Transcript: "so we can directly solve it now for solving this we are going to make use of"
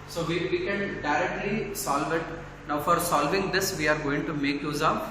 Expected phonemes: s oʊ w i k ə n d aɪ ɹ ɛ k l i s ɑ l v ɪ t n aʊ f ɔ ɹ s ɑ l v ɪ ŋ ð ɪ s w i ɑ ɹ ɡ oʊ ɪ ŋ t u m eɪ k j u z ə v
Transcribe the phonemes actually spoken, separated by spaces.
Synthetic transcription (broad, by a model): s oʊ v i k ə n d aɪ ɹ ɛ k l i s ɑ l v ɪ t n aʊ f ɔ ɹ s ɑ l v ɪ ŋ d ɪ s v i ɑ ɹ ɡ oʊ ɪ ŋ t u m eɪ k j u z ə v